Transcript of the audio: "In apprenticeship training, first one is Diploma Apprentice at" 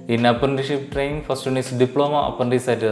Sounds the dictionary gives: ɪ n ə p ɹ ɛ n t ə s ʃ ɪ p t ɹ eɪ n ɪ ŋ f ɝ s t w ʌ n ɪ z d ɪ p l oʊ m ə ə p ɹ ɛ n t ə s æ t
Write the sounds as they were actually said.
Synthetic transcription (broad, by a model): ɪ n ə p ʌ n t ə ʃ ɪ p t ɹ eɪ n ɪ ŋ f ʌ s t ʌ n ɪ s d ɪ p l oʊ m ə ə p ʌ n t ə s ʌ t